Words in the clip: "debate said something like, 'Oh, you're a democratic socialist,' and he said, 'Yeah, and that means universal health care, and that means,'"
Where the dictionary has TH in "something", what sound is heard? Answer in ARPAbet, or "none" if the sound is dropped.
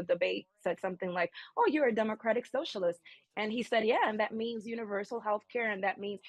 TH